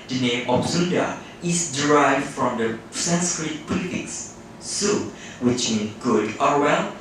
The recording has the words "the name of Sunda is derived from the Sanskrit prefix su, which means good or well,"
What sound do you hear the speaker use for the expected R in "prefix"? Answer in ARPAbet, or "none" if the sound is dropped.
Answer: L